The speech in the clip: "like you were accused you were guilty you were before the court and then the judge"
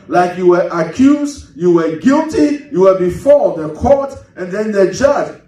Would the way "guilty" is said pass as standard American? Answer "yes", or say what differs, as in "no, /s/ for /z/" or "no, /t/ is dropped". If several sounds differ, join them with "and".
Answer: yes